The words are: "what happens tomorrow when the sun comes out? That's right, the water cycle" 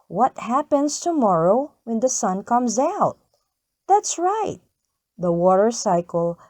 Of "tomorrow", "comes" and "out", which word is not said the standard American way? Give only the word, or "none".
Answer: none